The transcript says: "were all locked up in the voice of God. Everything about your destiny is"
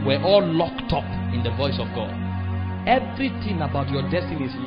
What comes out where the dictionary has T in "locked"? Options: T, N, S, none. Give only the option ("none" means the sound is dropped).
T